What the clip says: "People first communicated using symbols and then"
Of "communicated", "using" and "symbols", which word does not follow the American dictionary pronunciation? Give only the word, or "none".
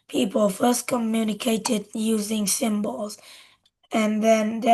none